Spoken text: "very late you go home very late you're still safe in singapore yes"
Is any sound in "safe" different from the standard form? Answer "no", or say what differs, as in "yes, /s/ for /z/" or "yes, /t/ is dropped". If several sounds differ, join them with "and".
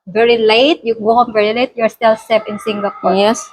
yes, /p/ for /f/